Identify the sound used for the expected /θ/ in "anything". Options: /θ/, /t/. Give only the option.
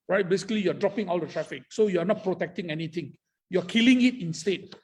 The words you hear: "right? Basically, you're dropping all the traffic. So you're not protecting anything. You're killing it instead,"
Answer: /t/